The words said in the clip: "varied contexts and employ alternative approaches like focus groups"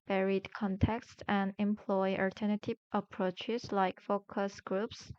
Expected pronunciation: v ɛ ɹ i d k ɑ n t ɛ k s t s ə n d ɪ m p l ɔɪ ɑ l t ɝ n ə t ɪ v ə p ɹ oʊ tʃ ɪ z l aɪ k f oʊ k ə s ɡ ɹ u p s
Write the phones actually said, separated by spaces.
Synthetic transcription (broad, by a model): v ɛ ɹ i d k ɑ n t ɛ k s t ə n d ɪ m p l ɔɪ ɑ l t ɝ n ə t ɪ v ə p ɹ oʊ tʃ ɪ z l aɪ k f oʊ k ə s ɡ ɹ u p s